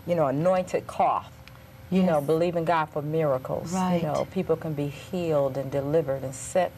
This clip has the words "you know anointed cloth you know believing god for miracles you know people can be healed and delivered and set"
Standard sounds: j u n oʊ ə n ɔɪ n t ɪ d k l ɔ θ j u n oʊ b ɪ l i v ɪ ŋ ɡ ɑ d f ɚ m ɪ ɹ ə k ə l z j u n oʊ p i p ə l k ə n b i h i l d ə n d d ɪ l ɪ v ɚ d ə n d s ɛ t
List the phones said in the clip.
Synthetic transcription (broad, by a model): j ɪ n oʊ ə n ɔɪ n t ɪ d k ɔ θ j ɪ n oʊ b ɪ l i v ɪ ŋ ɡ ɑ d f ɚ m ɪ ɹ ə k l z j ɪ n oʊ p i p l k ə n b i h i l d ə n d d ɪ l ɪ v ɚ d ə n s ɛ t